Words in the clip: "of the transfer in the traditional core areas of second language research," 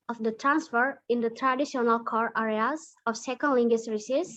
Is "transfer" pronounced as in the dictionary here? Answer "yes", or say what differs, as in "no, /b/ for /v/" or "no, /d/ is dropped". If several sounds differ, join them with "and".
yes